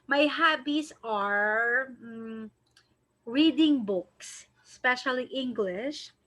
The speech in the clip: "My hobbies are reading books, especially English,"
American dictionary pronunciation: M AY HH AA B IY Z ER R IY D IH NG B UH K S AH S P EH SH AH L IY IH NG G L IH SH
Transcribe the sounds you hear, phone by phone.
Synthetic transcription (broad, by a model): M AY HH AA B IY S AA R IY D IH NG B UH K S S P EH SH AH L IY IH NG G L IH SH